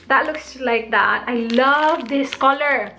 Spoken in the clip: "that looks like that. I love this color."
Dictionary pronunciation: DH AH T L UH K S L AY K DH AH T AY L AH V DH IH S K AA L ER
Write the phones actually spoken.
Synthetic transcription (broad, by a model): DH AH T L UH K S L AY K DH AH T AY L AH V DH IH S K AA L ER